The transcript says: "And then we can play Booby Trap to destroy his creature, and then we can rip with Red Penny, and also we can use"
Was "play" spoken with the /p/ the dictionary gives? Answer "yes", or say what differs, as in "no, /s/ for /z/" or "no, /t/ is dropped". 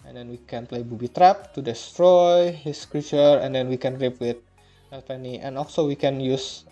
yes